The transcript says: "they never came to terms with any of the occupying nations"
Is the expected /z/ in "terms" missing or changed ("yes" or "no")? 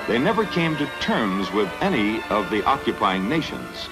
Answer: no